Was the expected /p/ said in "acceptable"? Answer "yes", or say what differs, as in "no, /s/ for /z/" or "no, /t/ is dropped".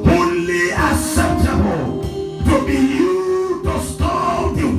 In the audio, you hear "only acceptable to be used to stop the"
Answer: no, /p/ is dropped